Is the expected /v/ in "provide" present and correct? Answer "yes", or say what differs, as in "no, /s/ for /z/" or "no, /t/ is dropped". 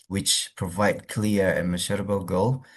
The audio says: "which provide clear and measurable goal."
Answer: yes